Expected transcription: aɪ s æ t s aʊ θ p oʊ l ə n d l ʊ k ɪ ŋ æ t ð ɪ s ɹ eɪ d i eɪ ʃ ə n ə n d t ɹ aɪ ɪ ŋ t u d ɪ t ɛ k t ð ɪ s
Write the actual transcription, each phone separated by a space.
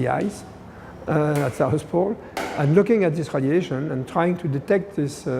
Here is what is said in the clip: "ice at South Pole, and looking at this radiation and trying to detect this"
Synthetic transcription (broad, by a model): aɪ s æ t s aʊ s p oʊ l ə n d l ʊ k ɪ ŋ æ t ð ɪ s ɹ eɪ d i eɪ ʃ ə n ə n t ɹ aɪ ɪ ŋ t u d ɪ t ɛ k t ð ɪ s